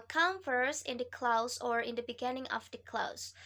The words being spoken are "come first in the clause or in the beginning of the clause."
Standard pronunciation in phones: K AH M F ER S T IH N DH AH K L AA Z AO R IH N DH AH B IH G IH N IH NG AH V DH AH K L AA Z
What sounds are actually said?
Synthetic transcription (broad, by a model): K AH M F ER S IH N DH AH K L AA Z AO R IH N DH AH B IH G IH N IH NG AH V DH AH K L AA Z